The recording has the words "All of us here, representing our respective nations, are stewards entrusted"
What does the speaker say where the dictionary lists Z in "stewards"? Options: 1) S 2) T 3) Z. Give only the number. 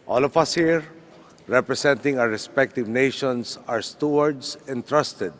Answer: 1